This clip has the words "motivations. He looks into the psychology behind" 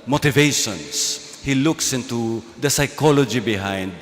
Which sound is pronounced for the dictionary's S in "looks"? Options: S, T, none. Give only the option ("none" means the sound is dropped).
S